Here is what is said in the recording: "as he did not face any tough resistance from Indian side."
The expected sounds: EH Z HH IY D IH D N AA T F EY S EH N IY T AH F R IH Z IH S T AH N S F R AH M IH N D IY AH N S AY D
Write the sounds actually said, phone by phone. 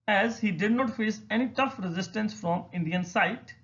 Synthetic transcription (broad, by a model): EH Z HH IY D IH D N AA T F EY S EH N IY T AH F R IH Z IH S T AH N S F R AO M IH N D IY AH N S AY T